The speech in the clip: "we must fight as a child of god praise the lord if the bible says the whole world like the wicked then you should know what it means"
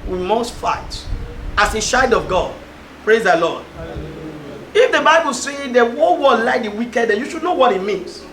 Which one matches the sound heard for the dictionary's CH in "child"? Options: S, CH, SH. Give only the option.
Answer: SH